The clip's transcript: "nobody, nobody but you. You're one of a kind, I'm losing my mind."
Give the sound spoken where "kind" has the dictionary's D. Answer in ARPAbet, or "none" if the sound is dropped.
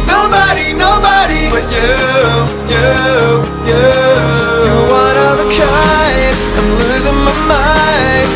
none